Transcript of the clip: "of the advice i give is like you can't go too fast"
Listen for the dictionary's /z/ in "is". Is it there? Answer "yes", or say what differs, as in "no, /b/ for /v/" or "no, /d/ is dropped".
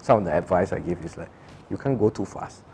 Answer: no, /s/ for /z/